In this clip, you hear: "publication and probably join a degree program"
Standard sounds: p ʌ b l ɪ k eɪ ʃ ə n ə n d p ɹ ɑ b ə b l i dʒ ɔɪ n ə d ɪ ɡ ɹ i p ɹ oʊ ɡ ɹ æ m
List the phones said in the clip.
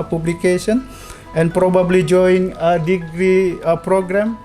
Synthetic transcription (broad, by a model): p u b l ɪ k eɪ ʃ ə n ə n p ɹ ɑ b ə b l i dʒ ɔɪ ə d ɪ ɡ ɹ i p ɹ oʊ ɡ ɹ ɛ m